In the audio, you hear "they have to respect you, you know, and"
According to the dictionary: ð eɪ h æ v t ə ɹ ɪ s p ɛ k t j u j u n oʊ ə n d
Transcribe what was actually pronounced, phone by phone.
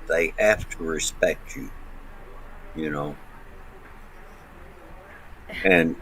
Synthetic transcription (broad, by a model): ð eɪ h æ f t ə ɹ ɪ s p ɛ k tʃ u j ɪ n oʊ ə n